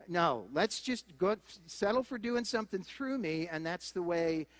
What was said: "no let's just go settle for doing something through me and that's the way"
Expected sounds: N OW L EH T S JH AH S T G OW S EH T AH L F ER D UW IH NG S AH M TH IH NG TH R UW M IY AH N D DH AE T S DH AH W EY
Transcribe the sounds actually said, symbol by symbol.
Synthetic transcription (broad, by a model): N OW L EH T S JH AH S T G OW S EH T L F ER D UW IH NG S AH M TH IH NG TH R UW M IY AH N DH AE T S DH AH W EY